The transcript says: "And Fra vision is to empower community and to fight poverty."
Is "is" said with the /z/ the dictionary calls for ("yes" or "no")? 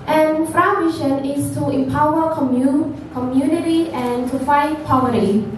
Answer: no